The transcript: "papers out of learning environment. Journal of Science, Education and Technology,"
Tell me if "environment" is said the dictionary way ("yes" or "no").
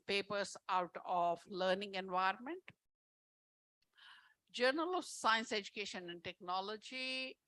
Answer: yes